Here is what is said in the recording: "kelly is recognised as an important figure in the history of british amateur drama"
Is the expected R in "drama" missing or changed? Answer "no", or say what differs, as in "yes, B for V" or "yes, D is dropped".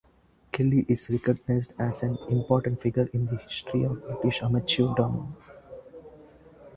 yes, R is dropped